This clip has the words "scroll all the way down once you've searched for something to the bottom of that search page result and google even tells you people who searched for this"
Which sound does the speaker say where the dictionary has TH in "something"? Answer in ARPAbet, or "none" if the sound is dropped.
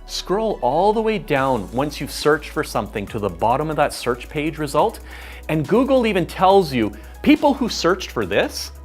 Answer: TH